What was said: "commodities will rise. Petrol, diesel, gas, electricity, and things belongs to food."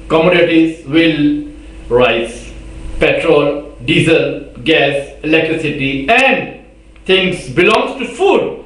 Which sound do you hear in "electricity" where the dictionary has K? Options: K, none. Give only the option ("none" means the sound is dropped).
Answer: K